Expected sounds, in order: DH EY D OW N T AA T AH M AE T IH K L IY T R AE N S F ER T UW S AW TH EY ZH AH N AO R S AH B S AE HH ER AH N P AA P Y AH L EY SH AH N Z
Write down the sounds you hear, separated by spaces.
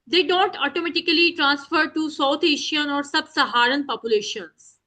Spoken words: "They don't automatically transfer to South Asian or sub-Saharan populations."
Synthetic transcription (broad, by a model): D EY D OW N T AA T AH M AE T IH K L IY T R AE N S F ER T UW S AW T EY SH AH N AO R S AH B S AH HH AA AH N P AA P Y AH L EY SH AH N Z